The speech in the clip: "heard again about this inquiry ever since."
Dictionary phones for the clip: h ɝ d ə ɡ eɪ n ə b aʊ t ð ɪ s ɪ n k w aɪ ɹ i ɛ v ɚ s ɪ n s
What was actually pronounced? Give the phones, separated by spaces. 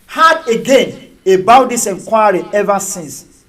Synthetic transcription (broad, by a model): h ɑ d ə ɡ eɪ n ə b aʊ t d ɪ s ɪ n k w aɪ ɹ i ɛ v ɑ s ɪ n s